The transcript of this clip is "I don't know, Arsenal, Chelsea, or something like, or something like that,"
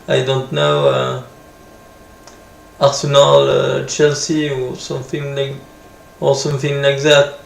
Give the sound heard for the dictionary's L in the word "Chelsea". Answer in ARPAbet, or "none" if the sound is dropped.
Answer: L